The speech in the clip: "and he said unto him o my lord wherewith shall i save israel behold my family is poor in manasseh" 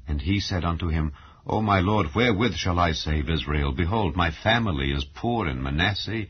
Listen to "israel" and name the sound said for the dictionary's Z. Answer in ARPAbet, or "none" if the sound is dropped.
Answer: Z